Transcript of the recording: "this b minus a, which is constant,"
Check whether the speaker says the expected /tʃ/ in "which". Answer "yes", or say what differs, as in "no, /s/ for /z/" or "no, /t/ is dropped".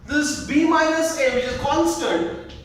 no, /tʃ/ is dropped